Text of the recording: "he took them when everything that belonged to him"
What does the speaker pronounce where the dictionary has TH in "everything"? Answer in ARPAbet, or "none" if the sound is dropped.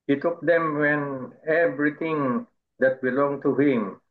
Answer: T